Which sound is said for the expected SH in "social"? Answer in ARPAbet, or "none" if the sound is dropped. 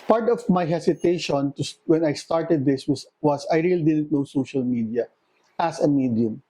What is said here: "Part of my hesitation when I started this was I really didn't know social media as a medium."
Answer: SH